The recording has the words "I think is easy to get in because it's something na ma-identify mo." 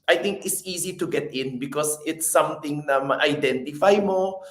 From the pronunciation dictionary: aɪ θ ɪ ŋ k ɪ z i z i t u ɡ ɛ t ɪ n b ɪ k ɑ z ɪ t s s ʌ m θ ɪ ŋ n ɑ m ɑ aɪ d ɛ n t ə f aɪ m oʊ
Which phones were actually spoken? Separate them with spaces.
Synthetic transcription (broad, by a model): aɪ t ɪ ŋ k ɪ s i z i t u ɡ ɛ t ɪ n b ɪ k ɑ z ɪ t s s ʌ m t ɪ ŋ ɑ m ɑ aɪ d ɛ n t ə f aɪ m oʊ